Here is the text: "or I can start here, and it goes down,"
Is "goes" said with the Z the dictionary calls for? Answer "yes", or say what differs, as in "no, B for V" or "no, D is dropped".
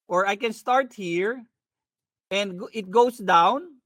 no, S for Z